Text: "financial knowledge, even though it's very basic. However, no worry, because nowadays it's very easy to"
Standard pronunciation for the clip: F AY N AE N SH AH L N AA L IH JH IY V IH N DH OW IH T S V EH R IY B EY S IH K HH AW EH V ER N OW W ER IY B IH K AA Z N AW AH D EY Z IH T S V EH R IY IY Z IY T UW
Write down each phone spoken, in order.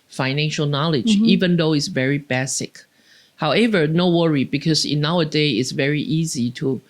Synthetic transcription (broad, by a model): F AY N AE N SH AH L N AA L IH JH IY V IH N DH OW IH T S V EH R IY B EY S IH K HH AW EH V ER N OW W ER IY B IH K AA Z N AW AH D EY IH T S V EH R IY IY Z IY T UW